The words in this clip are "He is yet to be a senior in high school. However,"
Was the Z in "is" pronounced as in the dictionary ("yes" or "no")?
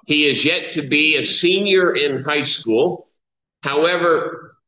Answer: yes